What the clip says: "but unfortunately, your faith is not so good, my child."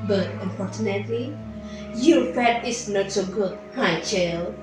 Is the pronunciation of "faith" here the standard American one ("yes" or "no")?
no